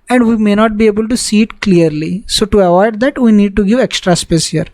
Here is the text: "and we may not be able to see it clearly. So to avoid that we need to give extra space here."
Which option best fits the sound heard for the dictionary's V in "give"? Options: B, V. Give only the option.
V